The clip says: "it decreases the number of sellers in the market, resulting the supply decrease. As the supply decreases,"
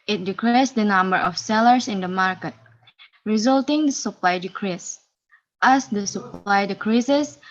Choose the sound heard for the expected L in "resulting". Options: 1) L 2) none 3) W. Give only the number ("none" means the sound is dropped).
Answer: 1